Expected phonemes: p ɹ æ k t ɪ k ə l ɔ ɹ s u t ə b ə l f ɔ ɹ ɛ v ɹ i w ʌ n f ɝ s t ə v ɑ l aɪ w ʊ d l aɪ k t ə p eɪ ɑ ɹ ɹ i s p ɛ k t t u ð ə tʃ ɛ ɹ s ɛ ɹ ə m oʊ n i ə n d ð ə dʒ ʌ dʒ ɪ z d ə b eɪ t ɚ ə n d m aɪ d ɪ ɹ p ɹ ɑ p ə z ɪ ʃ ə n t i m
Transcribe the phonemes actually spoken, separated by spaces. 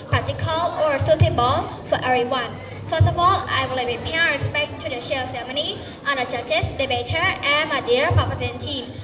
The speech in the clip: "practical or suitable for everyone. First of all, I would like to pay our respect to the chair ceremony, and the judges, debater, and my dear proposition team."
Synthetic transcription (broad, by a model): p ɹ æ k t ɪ k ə l ɔ ɹ s u t ə b ə l f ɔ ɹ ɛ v ɹ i w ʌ n f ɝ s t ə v ɑ l aɪ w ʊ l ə p eɪ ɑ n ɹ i s p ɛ k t t u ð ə ʃ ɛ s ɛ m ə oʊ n i ə n d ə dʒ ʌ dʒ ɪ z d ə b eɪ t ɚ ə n m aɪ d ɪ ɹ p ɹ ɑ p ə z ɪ ə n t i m